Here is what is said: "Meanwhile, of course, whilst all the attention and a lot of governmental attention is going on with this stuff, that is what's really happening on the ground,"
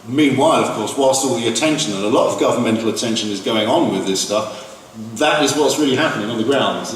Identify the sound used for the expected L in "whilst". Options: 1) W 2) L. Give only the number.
2